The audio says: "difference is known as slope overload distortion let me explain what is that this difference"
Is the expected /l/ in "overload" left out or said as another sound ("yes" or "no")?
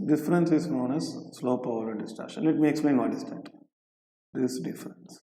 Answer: yes